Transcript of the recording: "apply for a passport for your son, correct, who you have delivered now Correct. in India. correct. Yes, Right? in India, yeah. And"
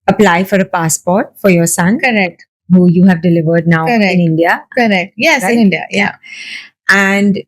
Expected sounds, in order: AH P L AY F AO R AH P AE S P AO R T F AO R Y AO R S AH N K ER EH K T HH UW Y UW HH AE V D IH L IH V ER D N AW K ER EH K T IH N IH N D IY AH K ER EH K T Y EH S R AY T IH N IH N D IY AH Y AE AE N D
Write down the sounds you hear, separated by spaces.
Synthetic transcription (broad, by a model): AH P L AY F AO R AH P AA S P AO R T F AO R Y AO R S AH N K ER EH K T HH UW Y UW HH AE V D IH L IH V ER D N AW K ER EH IH N IH N D IY AH K ER EH K T Y EH S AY IH N IH N D IY AH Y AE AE N D